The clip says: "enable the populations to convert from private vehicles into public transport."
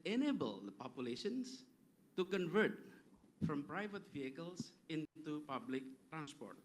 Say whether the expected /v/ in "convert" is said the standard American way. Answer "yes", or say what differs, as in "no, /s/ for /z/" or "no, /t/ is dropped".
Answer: yes